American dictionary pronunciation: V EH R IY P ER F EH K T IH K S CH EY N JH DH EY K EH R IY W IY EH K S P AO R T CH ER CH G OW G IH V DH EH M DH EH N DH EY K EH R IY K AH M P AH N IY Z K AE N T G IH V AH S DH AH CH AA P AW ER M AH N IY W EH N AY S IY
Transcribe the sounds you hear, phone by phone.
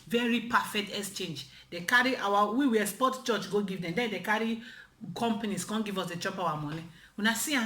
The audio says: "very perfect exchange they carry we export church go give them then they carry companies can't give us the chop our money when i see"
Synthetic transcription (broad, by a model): V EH R IY P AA F EH K T IH K S CH EY N JH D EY K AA R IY W IY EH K S P AO T CH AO CH G OW G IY V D EH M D EH N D EY K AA R IY K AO M P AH N IY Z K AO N G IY V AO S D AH CH AA P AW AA M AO N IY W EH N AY S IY